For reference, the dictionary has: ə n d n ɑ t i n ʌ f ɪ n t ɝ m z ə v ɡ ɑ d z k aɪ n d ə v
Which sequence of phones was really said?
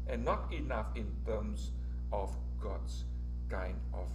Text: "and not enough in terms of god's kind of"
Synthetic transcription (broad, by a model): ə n n ɑ t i n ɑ f ɪ n t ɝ m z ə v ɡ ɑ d s k aɪ n d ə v